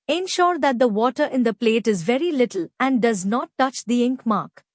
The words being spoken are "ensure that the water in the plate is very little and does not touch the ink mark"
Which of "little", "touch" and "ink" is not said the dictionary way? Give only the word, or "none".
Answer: none